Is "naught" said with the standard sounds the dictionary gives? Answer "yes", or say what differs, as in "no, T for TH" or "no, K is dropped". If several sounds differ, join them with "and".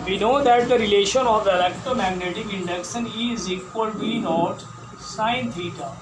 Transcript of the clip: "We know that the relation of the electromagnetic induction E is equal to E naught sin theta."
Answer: yes